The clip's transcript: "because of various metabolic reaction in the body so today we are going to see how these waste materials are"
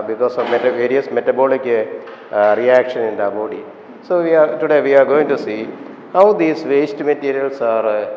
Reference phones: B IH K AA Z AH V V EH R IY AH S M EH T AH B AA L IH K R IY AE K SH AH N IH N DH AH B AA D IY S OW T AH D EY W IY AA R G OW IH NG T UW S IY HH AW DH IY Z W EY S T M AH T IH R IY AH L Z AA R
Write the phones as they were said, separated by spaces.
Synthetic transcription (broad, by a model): B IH K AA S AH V V EH R IY AH S M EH T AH B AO L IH K R IY AE K SH AH N IH N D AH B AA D IY S OW T AH D EY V IY AA R G OW IH NG T UW S IY HH AW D IY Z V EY S T M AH T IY R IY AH L S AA R